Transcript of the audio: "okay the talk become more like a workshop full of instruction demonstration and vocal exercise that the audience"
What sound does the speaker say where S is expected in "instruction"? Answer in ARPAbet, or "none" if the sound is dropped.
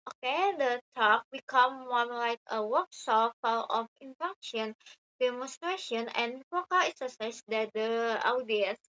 none